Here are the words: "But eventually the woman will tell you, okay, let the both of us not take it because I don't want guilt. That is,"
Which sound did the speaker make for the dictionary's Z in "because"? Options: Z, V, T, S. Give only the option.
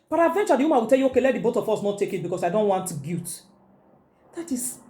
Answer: S